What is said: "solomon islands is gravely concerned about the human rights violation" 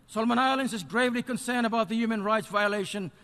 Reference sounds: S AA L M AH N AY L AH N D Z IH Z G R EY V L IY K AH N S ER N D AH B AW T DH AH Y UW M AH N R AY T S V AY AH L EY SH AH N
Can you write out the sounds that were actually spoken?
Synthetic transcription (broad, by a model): S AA L M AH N AY L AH N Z IH Z G R EY V L IY K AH N S ER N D AH B AW T DH AH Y UW M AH N R AY T S V AY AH L EY SH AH N